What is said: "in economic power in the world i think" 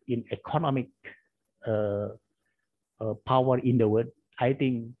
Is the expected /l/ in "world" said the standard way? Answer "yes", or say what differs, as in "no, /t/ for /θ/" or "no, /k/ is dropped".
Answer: no, /l/ is dropped